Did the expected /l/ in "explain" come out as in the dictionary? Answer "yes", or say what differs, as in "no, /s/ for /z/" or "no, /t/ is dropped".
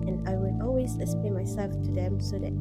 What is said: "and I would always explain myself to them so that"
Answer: no, /l/ is dropped